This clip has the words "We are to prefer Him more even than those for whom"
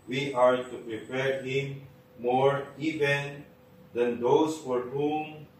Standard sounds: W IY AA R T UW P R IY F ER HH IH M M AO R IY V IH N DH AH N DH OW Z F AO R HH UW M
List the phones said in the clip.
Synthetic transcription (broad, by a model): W IY AA R T UW P R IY P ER HH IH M M AO R IY V IH N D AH N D OW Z F AO R HH UW M